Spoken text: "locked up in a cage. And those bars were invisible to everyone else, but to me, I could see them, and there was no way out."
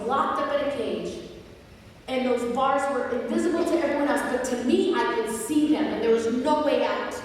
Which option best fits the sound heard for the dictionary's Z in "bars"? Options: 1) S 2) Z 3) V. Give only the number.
2